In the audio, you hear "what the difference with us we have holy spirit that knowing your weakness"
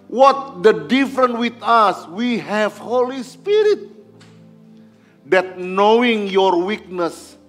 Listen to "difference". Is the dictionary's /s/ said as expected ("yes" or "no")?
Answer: no